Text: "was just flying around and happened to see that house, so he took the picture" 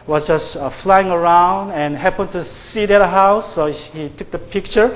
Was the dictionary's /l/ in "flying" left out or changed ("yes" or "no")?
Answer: no